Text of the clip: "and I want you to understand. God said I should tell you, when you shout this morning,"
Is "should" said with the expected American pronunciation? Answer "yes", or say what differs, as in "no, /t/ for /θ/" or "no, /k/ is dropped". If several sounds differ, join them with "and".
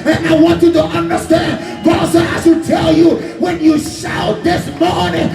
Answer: no, /s/ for /ʃ/